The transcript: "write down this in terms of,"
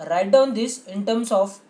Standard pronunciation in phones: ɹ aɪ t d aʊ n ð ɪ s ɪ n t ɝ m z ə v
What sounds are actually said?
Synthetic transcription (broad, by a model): ɹ aɪ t d aʊ n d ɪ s ɪ n t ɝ m s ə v